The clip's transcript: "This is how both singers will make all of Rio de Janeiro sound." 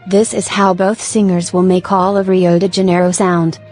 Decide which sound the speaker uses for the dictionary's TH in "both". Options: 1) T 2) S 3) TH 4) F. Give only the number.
3